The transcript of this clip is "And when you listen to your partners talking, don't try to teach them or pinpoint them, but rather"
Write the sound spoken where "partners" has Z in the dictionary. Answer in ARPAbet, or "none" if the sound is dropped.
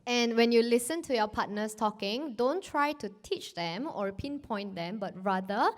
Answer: S